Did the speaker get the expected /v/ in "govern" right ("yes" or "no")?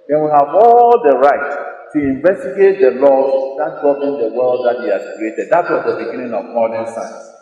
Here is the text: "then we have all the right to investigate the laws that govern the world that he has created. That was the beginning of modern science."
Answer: no